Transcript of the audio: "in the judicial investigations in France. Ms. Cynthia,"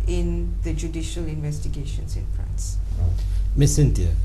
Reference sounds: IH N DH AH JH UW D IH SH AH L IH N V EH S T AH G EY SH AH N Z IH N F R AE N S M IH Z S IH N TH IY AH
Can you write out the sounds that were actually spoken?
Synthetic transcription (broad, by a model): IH N DH AH JH UW D IH SH AH L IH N V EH S T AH G EY SH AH N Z IH N P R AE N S M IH S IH N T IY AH